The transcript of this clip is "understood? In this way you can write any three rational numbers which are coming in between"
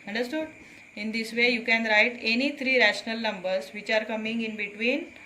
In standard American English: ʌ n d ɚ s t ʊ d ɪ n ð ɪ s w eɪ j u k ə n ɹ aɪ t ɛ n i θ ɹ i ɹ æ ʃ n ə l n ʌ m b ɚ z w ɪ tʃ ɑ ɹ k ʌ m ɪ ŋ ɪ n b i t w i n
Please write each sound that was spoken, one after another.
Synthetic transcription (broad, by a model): ʌ n d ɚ s t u d ɪ n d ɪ s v eɪ j u k ə n ɹ aɪ t ɛ n i t ɹ i ɹ æ ʃ n ə l n ʌ m b ɚ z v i tʃ ɑ ɹ k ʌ m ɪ ŋ ɪ n b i t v i n